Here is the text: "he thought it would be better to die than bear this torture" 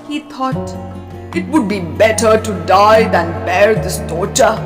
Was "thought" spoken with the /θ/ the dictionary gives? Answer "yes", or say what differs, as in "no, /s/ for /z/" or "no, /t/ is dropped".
no, /t/ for /θ/